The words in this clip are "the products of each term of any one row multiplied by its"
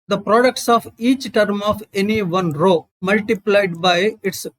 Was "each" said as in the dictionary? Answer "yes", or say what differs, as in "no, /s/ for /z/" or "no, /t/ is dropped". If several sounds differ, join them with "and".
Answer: yes